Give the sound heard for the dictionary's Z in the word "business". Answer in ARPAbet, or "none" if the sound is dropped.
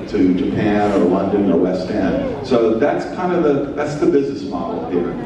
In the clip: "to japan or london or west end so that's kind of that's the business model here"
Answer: Z